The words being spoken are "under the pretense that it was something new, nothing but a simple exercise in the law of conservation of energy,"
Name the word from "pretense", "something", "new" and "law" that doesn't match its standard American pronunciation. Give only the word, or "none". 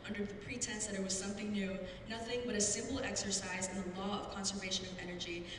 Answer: none